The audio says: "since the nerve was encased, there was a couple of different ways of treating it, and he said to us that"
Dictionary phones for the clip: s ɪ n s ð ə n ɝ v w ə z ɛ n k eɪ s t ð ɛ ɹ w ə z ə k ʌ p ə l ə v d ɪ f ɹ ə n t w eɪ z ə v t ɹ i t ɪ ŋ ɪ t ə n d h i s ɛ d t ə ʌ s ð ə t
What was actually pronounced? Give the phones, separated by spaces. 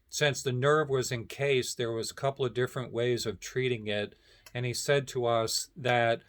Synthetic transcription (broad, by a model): s ɪ n s ð ə n ɝ v w ə z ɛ n k eɪ s ð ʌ ɹ w ə z ə k ʌ p l ə v d ɪ f ɹ ə n t w eɪ z ə v t ɹ i t ɪ ŋ ɪ t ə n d i s ɛ d t ə ʌ s ð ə t